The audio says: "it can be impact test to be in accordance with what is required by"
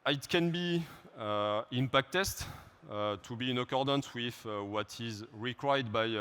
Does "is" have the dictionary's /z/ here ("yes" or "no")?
yes